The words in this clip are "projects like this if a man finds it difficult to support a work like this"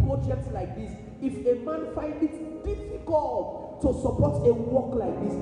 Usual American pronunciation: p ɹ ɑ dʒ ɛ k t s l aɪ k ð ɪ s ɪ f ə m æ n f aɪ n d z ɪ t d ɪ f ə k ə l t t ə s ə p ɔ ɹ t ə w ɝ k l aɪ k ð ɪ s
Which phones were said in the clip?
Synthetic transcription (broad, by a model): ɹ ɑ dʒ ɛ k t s l aɪ k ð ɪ s ɪ f ə m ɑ n f aɪ n d ɪ t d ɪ f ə k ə l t t ə s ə p ɔ t ə w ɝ k l aɪ k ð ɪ s